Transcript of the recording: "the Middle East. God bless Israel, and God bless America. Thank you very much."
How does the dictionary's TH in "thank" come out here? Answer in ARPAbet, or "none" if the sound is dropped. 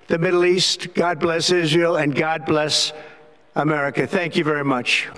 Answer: TH